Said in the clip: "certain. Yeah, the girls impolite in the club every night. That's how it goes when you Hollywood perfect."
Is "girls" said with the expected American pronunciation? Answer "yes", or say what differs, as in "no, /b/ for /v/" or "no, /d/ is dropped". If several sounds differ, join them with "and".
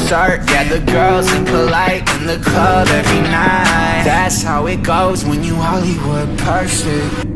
yes